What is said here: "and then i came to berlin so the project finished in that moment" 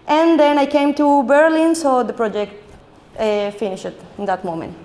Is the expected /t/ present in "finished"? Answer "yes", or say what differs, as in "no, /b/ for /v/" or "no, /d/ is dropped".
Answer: no, /t/ is dropped